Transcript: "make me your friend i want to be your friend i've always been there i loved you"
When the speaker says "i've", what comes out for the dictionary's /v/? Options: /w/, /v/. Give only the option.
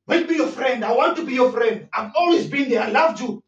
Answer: /v/